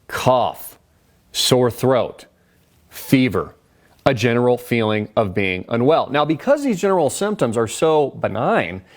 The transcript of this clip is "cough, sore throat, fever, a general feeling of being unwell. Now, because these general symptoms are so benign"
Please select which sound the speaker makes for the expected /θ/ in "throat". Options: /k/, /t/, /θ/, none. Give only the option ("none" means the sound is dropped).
/θ/